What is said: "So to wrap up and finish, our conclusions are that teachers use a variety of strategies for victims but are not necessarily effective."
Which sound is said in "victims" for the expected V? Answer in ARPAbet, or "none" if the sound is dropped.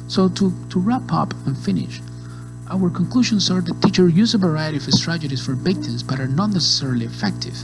B